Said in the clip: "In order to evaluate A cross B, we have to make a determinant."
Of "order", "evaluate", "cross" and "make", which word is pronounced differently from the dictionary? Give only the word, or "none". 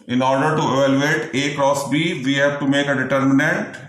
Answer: none